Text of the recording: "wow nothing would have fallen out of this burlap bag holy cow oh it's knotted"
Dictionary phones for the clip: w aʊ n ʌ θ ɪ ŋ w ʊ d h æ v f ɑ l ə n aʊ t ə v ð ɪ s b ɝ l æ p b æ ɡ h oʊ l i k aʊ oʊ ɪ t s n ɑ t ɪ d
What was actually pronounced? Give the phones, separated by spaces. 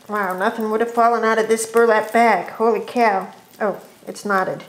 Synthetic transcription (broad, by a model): w aʊ n ʌ θ ɪ ŋ w ʊ d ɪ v f ɑ l ə n aʊ t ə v ð ɪ s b ɝ l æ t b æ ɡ h oʊ l i k aʊ oʊ ɪ t s n ɑ t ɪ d